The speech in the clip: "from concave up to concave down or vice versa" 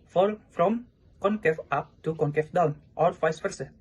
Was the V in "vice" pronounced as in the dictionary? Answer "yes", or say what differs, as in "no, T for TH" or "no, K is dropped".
no, F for V